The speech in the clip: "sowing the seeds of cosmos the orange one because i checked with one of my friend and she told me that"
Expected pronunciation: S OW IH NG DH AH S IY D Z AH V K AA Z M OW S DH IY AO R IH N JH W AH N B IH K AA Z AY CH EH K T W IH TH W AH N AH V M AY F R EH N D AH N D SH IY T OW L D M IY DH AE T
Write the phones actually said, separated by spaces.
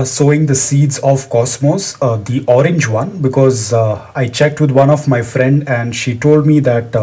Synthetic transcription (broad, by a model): S OW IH NG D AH S IY D Z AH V K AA S M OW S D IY AO R IH N JH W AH N B IH K AA Z AY CH EH K T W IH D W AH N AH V M AY F R EH N D AH N D SH IY T OW L D M IY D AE T